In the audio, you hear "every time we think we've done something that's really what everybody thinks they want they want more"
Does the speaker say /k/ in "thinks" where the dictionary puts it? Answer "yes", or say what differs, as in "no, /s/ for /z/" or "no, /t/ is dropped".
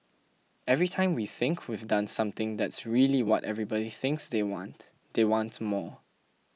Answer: yes